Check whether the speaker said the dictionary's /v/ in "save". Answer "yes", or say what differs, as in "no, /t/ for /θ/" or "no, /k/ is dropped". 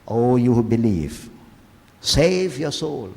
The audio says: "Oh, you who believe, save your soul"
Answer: yes